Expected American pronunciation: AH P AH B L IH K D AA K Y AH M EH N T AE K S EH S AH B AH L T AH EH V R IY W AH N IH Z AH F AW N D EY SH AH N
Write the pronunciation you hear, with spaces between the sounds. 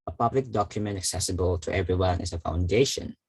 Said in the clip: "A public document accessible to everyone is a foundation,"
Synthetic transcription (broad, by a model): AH P AH B L IH K D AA K Y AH M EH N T AE K S EH S AH B AH L T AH EH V R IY W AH N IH S AH F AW N D EY SH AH N